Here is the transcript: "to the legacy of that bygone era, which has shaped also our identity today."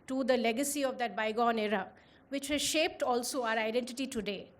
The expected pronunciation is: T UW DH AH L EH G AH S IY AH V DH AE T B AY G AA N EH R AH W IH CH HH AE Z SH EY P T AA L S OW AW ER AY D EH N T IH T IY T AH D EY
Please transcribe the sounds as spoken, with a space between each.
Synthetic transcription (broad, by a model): T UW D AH L EH G AH S IY AH V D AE T B AY G AA N EH R AH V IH CH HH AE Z SH EY P T AA L S OW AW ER AY D EH N T IH T IY T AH D EY